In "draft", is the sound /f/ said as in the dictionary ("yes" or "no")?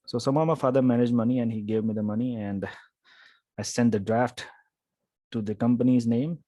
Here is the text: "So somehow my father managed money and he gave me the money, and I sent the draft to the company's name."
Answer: yes